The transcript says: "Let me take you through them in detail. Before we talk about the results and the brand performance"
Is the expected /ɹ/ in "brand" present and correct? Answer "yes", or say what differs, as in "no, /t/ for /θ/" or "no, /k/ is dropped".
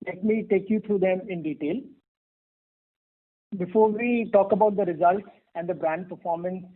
yes